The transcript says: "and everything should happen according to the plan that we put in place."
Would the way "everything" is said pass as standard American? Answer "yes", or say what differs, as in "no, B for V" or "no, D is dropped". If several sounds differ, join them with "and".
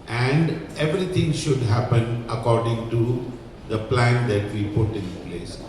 no, T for TH